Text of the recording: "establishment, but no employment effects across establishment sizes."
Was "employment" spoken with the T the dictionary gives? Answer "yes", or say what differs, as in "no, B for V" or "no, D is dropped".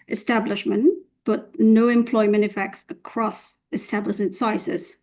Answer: yes